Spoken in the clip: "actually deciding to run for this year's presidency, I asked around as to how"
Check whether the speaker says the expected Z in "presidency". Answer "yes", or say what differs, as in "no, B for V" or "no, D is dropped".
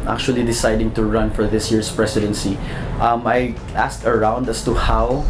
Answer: no, S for Z